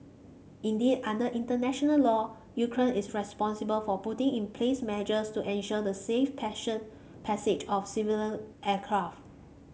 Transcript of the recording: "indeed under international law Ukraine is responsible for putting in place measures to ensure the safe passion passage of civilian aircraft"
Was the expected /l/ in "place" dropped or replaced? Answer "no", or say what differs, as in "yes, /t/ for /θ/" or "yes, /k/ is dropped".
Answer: no